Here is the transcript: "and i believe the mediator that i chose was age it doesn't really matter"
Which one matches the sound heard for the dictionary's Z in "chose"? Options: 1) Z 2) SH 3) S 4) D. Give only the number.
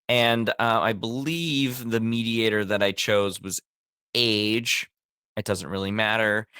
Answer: 1